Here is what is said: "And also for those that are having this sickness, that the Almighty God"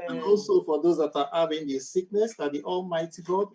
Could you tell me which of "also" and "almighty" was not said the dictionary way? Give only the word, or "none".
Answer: none